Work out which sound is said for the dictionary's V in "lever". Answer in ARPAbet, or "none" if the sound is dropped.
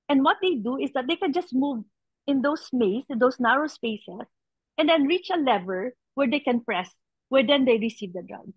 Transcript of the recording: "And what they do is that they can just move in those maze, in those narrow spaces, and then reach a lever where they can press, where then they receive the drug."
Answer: V